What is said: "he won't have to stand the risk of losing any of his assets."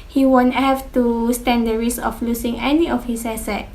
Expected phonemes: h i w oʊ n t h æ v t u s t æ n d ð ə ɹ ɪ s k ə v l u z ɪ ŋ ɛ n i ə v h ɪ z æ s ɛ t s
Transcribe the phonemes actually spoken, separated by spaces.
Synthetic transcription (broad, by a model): h i w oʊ n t h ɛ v t u s t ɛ n d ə ɹ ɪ s ə f l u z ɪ ŋ ɛ n i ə f h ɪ s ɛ s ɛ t